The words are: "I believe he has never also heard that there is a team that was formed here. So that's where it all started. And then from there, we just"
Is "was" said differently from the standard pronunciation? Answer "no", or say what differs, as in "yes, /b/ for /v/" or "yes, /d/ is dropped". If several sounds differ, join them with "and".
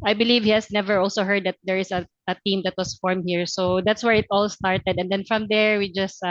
yes, /s/ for /z/